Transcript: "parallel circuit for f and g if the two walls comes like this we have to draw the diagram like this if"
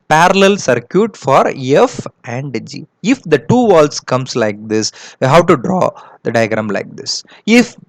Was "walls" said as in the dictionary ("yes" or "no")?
no